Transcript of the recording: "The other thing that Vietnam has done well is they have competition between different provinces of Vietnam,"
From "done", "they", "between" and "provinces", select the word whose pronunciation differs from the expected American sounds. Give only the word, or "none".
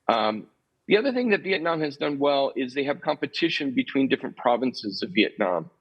none